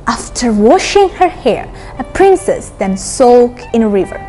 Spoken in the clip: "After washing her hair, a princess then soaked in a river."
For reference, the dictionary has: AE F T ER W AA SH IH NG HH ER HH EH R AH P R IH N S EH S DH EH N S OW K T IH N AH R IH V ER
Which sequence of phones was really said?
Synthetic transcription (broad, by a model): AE F T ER W AA SH IH NG HH ER HH EH R AH P R IH N S EH S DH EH N S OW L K IH N AH R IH V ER